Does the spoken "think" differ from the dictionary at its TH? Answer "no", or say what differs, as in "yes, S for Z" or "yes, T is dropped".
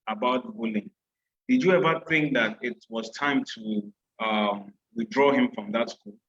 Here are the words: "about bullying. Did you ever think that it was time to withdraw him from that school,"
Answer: no